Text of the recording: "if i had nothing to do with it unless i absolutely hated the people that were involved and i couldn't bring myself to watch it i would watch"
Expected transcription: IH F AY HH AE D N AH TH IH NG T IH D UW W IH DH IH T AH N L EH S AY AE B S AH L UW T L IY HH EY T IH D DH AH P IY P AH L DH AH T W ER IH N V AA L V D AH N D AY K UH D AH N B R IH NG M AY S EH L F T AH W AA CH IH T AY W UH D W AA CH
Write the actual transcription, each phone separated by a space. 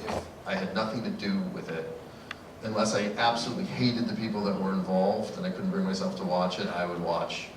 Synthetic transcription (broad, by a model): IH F AY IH D N AH TH IH NG T IH D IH W IH DH IH T AH N L EH S AY AE B S AH L UW T L IY HH EY T IH D DH AH P IY P L DH AH T W ER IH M V AA L V D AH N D AY K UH D N B R IH NG M AY S EH L F T AH W AA CH IH T AY W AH D W AA CH